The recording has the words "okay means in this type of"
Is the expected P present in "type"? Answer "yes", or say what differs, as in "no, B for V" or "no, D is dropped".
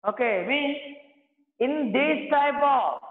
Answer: no, B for P